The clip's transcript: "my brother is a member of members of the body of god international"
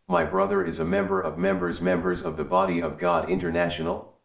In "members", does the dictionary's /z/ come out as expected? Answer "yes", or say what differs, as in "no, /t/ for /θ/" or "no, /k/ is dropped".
yes